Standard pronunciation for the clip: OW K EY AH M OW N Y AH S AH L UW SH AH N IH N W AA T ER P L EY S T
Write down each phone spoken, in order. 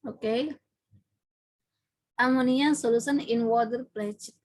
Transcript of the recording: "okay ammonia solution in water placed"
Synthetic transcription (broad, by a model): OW K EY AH M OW N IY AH S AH L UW S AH N IH N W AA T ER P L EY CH